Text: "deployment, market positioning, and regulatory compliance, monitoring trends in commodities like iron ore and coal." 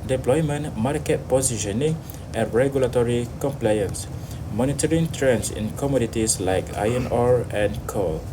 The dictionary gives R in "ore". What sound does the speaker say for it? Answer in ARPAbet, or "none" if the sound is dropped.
R